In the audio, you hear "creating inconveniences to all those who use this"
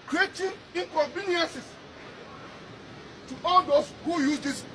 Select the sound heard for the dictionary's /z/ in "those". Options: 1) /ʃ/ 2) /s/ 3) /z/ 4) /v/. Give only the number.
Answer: 2